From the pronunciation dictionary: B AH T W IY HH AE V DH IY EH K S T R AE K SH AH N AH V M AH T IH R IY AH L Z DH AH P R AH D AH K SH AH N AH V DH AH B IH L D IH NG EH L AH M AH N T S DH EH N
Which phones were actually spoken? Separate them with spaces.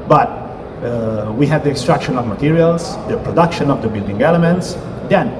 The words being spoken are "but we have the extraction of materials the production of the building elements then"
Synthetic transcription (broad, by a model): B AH T W IY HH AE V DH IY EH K S T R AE K SH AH N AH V M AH T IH R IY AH L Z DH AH P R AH D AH K SH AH N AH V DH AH B IH L D IH NG EH L AH M AH N T S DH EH N